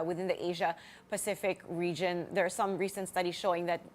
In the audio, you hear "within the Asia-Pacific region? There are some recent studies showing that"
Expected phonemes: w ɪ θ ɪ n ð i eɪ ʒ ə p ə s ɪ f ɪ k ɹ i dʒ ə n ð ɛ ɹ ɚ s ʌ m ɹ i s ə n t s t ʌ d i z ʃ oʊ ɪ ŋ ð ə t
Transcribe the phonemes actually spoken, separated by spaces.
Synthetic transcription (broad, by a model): w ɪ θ ɪ n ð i eɪ ʒ ə p ə s ɪ f ɪ k ɹ i dʒ ə n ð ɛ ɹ s ʌ m ɹ i s ə n t s t ʌ d i z ʃ oʊ ɪ ŋ ð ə t